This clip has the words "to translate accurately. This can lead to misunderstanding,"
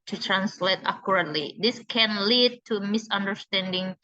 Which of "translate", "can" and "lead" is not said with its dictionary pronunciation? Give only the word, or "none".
none